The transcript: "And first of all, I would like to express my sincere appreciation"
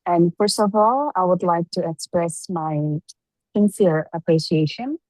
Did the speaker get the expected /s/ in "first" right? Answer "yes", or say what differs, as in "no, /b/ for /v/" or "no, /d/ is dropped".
yes